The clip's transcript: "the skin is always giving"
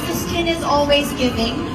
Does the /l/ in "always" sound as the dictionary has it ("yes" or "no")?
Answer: yes